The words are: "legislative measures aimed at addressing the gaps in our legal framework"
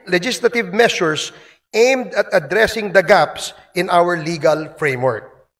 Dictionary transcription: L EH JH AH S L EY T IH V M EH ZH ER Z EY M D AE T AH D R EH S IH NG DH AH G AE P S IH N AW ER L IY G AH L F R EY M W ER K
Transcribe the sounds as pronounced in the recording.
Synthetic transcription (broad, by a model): L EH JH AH S L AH T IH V M EH S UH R EY M D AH T AH D R EH S IH NG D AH G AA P S IH N AW ER L IY G AH L F R EY M W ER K